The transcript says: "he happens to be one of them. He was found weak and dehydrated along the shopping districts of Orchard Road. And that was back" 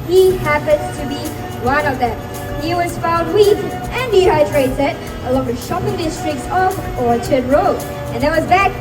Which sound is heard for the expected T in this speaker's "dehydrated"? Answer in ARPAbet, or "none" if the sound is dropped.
S